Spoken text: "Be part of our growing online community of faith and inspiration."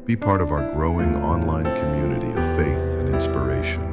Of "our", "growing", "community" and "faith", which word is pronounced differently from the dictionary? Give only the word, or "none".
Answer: none